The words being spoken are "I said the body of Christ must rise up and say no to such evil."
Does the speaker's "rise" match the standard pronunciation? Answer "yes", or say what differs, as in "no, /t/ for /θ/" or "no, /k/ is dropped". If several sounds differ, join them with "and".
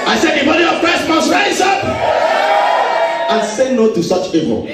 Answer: no, /s/ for /z/